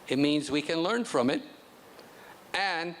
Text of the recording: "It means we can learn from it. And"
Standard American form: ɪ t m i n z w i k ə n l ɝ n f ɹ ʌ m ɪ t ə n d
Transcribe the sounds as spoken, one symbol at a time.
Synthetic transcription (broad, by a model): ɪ t m i n z w i k ə n l ɝ n f ɹ ʌ m ɪ t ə n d